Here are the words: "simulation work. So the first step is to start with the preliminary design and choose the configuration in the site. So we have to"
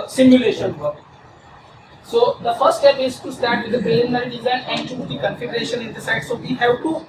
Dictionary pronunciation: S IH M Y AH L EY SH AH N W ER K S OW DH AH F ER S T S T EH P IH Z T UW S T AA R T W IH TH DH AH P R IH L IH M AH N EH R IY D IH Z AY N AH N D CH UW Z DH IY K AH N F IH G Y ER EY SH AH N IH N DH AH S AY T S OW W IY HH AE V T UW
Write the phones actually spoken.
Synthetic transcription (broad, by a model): S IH M Y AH L EY SH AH N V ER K S OW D AH F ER S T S T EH P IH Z T UW S T AA R T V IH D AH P R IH N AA AH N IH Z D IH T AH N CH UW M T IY K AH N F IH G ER EY SH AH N IH N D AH S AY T S OW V IY HH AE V T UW